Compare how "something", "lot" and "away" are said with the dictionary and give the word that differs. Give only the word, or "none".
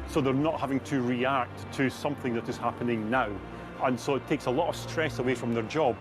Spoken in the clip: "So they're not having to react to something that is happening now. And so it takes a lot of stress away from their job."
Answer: none